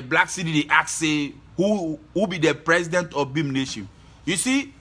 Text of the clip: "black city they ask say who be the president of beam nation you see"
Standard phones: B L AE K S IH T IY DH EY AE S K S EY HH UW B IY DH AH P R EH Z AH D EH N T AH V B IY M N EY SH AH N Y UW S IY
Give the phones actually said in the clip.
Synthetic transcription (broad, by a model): B L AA K S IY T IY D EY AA K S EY HH UW B IY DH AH P R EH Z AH D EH N T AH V B IY M N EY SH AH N Y UW S IY